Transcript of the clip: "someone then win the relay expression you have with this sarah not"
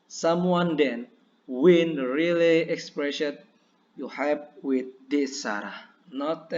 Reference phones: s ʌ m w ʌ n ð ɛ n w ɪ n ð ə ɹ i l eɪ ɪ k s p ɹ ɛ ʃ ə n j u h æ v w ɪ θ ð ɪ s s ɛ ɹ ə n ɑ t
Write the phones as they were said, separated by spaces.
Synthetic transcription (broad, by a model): s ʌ m w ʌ n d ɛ n w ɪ n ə ɹ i l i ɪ k s p ɹ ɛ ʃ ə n j u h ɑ p w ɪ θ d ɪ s s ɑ ɹ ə n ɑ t